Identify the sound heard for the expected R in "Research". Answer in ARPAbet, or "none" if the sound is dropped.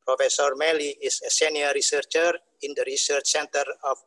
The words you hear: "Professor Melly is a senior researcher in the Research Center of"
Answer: R